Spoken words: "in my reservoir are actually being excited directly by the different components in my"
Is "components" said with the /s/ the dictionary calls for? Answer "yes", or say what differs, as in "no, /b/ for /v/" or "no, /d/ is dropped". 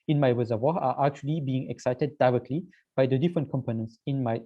yes